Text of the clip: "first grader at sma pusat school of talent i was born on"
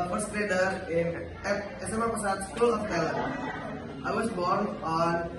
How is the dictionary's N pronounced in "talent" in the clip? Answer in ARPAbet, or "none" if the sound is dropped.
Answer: none